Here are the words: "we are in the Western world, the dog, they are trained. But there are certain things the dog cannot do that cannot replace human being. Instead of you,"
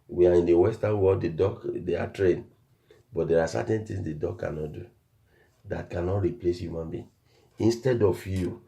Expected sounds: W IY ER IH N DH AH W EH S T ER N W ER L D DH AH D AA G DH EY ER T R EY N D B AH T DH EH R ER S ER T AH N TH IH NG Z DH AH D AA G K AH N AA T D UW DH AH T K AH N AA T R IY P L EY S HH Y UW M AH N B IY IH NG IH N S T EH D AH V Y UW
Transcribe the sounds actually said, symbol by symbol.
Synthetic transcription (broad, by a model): W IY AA IH N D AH W EH S T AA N W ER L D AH D AA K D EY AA T R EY N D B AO T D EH R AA S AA T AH N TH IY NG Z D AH D AA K K AH N AA T D UW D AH T K AH N AA T R IY P L EY S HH Y UW M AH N B IY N IH N S T EH D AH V Y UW